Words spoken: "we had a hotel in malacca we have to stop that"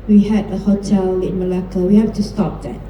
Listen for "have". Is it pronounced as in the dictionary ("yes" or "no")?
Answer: no